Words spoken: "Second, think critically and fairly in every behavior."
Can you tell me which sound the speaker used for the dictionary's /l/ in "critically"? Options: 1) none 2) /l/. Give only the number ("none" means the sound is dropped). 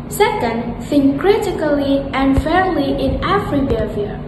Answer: 2